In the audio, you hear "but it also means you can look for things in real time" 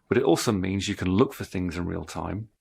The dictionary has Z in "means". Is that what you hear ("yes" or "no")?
yes